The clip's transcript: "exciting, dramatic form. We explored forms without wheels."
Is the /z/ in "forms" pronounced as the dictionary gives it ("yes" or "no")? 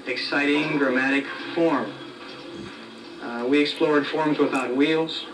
yes